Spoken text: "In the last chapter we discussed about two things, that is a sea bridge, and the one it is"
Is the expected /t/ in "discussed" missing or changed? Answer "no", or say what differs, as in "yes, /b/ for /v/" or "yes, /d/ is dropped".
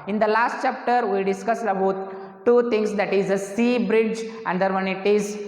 yes, /t/ is dropped